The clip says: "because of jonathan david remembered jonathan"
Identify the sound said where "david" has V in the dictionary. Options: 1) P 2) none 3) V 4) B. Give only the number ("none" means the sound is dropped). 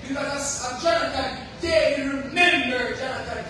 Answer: 2